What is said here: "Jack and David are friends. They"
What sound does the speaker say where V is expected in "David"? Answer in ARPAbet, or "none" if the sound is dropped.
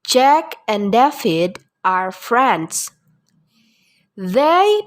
F